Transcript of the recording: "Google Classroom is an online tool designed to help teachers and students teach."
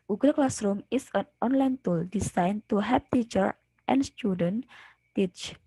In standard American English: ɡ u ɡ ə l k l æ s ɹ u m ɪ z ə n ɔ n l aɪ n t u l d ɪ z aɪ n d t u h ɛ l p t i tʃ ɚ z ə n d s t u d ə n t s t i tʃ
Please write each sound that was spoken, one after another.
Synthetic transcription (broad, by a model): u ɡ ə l k l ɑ s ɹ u m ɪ s ə n ɔ n l aɪ n t u l d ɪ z aɪ n t u h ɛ p t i tʃ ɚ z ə n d s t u d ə n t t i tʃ